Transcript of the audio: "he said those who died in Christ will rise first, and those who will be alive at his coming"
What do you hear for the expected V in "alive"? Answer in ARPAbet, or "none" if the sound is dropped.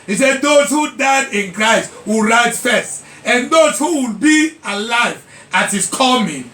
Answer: V